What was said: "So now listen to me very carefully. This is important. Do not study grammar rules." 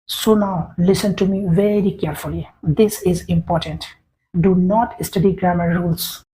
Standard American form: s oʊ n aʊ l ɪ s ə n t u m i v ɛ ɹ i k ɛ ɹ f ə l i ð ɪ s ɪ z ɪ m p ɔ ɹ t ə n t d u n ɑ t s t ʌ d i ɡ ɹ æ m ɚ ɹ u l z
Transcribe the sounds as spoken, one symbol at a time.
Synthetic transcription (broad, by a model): s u n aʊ l ɪ s ə n t u m i v ɛ ɹ i k ɛ ɹ f ə l i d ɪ s ɪ z ɪ m p ɔ ɹ t ə n t d u n ɑ t s t ʌ d i ɡ ɹ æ m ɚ ɹ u l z